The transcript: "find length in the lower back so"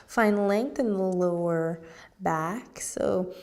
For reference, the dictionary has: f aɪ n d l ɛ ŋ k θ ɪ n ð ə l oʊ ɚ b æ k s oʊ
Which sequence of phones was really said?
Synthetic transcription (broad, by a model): f aɪ n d l ɛ ŋ k θ ɪ n ð ə l oʊ ɚ b æ k s oʊ